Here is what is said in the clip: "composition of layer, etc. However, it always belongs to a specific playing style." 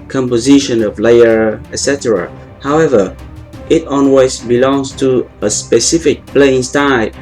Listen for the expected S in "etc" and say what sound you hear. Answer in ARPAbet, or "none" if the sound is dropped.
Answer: S